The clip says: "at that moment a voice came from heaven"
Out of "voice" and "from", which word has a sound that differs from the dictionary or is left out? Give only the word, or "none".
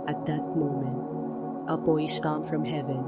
voice